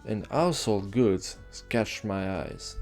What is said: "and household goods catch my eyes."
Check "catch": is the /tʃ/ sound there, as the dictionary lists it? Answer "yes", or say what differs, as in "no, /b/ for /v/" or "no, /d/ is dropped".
yes